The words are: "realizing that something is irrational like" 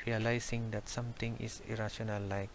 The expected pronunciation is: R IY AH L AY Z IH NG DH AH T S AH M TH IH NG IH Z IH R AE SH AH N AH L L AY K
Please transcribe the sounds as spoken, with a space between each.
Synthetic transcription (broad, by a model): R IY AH L AY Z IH NG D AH T S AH M T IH NG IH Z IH R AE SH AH N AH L L AY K